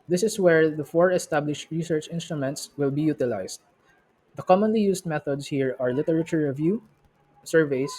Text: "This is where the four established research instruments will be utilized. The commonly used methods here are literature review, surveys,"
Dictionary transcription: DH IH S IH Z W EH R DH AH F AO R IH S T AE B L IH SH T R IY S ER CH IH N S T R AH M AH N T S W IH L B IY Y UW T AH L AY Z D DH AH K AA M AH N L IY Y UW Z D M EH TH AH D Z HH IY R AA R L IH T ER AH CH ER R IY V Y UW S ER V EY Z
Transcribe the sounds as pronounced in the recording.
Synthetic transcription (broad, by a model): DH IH S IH S W EH R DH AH F AO R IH S T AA B L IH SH T R IY S ER CH IH N S T R AH M AH N T S W IH L B IY Y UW T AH L AY S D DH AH K AA M AH N L IY Y UW S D M EH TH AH D S HH IY R AA R L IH T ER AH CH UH R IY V Y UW S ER V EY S